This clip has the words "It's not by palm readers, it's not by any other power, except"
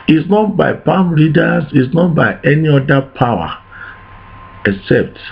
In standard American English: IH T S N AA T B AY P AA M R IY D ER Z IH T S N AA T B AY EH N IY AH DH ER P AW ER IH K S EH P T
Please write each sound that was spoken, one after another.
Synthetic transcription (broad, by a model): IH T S N AA T B AY P AA M L IY D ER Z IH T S N AA T B AY EH N IY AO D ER P AW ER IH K S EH P T